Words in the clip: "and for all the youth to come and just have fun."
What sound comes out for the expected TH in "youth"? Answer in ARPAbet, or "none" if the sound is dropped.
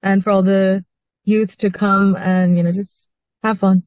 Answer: TH